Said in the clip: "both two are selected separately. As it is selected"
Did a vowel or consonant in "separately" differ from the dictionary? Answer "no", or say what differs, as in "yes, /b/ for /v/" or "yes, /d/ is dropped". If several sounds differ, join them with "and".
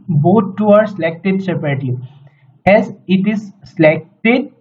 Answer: yes, /ɹ/ is dropped